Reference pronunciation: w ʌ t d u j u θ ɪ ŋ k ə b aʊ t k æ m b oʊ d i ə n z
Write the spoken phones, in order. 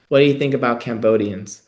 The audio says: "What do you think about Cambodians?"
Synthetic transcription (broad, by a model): w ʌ t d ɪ j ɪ θ ɪ ŋ k ə b aʊ t k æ m b oʊ d i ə n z